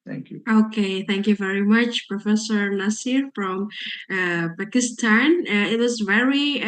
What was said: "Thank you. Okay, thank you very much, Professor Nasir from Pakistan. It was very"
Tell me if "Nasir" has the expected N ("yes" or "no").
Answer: no